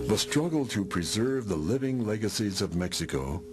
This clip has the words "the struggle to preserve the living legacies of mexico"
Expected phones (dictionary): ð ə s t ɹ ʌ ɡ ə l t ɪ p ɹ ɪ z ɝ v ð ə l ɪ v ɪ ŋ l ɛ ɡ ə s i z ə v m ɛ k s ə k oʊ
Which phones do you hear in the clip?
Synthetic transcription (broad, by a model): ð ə s t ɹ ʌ ɡ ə l t ɪ p ɹ ɪ z ɝ v ð ə l ɪ v ɪ ŋ l ɛ ɡ ə s i z ə v m ɛ k s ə k oʊ